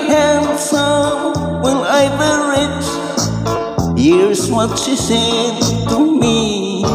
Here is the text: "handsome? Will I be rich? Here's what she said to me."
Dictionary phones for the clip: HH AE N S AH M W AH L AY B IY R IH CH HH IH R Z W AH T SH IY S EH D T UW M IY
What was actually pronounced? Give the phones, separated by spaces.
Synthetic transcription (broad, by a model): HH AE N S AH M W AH N AY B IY R IH CH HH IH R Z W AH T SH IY S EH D T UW M IY